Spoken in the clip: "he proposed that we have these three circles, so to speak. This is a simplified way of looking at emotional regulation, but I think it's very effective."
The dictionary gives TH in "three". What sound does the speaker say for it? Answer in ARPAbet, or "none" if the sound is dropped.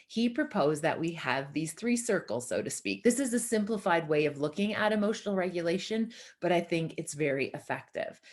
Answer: TH